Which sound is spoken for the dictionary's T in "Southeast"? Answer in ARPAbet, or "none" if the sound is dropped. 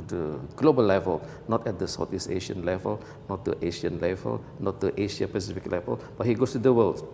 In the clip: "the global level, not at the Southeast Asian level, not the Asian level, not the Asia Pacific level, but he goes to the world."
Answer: none